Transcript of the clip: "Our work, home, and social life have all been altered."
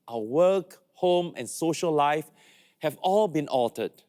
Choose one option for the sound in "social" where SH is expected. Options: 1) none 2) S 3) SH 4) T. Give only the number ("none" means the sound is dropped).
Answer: 3